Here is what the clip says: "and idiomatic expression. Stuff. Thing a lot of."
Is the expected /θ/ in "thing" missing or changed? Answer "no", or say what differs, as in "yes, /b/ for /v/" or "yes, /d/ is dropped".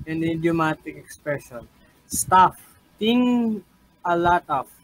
yes, /t/ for /θ/